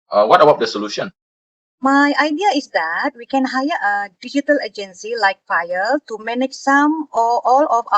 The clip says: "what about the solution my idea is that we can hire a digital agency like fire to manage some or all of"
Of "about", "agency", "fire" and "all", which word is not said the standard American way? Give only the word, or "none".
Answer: fire